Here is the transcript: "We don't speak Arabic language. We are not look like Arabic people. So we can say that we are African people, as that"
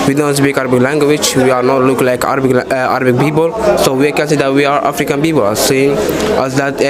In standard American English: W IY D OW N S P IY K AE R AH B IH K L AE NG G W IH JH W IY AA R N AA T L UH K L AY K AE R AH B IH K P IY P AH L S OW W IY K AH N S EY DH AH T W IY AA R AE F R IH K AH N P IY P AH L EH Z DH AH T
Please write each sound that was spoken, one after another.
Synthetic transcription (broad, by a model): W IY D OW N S B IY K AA R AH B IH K L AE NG G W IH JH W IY AA R N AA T L UH K L AY K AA R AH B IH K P IY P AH L S OW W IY K AH N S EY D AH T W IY AA R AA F R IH K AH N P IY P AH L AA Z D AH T